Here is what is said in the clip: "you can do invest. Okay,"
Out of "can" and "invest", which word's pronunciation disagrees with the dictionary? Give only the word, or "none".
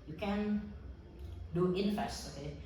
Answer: invest